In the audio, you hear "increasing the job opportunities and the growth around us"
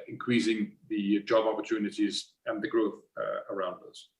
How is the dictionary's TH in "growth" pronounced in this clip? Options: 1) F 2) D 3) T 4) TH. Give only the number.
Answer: 4